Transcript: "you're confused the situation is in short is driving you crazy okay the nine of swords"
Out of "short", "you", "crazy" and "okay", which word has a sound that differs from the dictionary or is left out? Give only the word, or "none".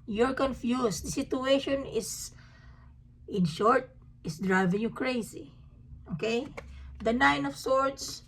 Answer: crazy